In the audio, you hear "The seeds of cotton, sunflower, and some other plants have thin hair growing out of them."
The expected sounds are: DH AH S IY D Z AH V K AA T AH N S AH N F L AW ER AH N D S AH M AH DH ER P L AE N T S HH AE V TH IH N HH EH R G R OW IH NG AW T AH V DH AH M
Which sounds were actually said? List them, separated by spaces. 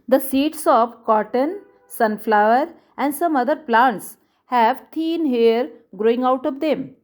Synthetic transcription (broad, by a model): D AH S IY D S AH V K AA T AH N S AH N F L AW ER AH N D S AH M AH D ER P L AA N T S HH AE V T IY N HH EH R G R OW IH NG AW T AH V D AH M